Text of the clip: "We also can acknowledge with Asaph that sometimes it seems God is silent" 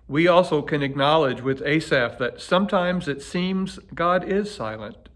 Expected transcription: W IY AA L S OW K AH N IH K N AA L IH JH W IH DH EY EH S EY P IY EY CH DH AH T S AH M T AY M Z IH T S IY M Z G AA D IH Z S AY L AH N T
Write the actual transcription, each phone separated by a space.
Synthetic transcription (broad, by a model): W IY AA L S OW K AH N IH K N AA L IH JH W IH DH EY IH S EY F DH AH T S AH M T AY M Z IH T S IY M Z G AA D IH Z S AY L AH N T